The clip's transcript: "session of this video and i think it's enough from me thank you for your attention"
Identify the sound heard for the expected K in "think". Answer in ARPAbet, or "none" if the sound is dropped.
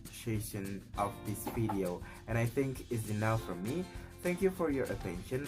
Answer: K